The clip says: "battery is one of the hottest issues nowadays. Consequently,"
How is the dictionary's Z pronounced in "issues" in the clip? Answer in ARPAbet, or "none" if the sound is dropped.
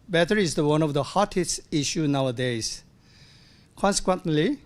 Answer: none